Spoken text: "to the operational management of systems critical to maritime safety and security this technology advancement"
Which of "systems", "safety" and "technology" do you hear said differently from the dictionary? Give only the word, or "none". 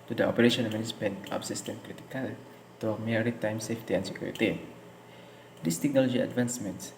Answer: systems